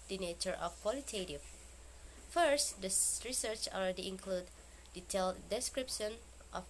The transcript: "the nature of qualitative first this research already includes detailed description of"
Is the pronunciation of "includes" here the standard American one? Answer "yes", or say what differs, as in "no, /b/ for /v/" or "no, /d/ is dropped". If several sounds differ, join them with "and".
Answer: no, /z/ is dropped